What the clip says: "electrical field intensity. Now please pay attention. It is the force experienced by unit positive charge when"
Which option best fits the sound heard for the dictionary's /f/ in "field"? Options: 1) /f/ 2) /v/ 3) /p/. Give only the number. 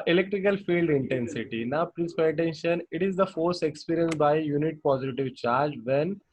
1